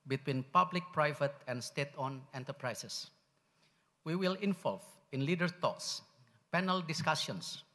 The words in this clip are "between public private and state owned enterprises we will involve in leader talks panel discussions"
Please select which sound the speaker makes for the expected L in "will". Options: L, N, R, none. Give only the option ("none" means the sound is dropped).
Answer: L